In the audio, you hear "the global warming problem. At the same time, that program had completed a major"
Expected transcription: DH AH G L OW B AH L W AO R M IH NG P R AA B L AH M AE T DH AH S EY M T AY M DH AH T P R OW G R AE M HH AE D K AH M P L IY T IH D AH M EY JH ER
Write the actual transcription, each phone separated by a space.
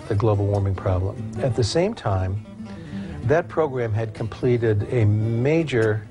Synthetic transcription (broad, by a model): DH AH G L OW B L W AO R M IH NG P R AA B L AH M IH T DH AH S EY M T AY M DH AH T P R OW G R AE M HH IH D K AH M P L IY T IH D AH M EY JH ER